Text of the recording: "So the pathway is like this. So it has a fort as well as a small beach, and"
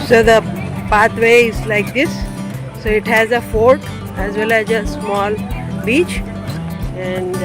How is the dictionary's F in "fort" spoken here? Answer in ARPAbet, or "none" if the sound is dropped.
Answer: F